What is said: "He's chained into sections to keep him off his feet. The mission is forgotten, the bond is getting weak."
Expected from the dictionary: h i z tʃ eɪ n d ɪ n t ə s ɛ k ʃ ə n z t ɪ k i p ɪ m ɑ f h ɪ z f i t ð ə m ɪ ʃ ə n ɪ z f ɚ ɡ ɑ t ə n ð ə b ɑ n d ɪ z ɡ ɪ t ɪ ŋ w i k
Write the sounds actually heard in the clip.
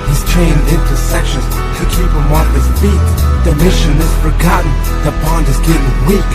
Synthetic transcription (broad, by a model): h i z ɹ eɪ n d ɪ n t ə s ɛ k ʃ ə n z t ɪ k i p ɪ m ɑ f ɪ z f i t ð ə m ɪ ʃ ə n ɪ z f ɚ ɡ ɑ t n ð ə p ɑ n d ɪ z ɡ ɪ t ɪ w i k